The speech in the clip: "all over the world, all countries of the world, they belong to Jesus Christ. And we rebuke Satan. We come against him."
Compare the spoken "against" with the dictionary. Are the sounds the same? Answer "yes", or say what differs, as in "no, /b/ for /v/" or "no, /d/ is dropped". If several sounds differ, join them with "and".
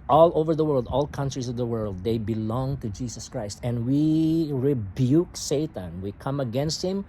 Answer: yes